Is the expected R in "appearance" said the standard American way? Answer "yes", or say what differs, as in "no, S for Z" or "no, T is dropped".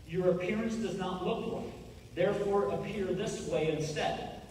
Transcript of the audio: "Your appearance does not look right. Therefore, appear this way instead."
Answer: yes